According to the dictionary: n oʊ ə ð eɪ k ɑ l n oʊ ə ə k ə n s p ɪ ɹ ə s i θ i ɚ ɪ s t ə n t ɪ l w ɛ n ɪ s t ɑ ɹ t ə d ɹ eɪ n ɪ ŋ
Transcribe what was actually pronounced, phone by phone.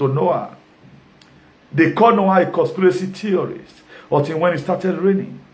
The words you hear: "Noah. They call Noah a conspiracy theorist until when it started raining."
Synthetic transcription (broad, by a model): n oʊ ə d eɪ k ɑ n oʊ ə ə k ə s p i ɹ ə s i t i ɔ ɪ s ə t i w ɛ n ɪ s t ɑ t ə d ɹ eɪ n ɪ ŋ